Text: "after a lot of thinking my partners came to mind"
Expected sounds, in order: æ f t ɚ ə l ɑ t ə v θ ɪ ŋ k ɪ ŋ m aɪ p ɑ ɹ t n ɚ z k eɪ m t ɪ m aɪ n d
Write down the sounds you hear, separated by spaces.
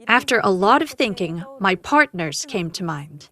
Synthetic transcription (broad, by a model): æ f t ɚ ə l ɑ t ə v θ ɪ ŋ k ɪ ŋ m aɪ p ɑ ɹ t n ɚ z k eɪ m t ɪ m aɪ n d